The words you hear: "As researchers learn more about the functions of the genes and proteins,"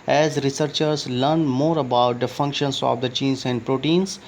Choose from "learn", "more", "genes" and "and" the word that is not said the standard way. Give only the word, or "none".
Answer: genes